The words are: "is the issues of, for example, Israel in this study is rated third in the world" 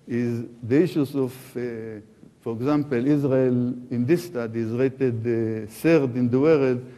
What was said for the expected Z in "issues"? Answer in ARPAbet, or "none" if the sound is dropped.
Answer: S